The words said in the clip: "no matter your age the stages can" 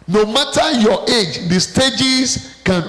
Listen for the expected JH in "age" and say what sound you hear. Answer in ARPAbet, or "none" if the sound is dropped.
JH